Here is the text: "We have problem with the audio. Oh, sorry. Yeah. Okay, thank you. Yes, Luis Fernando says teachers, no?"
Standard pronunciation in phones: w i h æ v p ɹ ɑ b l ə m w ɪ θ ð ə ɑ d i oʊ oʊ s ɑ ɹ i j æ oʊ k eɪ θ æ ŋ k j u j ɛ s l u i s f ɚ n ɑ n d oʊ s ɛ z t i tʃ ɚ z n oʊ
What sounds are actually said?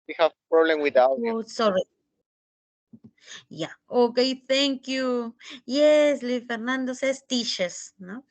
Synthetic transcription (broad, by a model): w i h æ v p ɹ ɑ b l ə m w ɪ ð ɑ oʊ oʊ s ɑ ɹ i j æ oʊ k eɪ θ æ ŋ k j u j ɛ s l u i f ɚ n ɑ n d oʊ s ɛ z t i ʃ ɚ s n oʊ